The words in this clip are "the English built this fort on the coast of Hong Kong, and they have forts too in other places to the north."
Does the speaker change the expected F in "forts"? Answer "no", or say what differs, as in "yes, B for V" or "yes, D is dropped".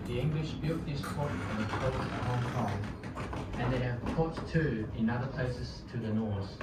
yes, P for F